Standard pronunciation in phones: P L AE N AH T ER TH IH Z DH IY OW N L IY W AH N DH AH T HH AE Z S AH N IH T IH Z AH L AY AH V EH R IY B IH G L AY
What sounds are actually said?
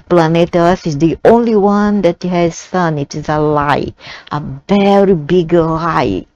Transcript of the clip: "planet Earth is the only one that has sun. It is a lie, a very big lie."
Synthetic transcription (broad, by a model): P L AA N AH T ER S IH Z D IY OW N L IY W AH N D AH T HH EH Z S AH N IH T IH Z AH L AY AH V EH R IY B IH G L AY